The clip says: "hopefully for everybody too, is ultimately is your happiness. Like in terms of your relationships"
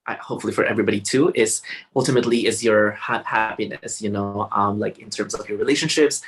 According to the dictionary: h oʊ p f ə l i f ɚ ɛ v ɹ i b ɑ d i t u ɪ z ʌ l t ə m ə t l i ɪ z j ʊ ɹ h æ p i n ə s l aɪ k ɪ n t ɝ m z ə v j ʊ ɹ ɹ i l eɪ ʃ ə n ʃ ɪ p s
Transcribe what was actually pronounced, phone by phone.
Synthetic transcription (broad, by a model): h oʊ p f l i f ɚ ɛ v ɹ i b ɑ d i t u ɪ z ʌ l t ə m ə t l i ɪ z j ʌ ɹ h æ p i n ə s l aɪ k ɪ n t ɝ m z ə v j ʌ ɹ ɹ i l eɪ ʃ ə n ʃ ɪ p s